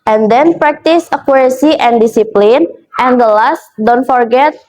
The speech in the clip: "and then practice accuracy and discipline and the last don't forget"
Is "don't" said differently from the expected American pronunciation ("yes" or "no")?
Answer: no